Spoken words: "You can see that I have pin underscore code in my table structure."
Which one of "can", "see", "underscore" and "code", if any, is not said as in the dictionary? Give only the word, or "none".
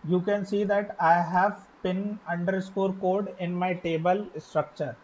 none